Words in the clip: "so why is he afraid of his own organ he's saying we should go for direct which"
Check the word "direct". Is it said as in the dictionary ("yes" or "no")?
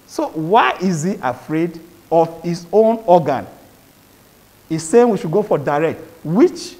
yes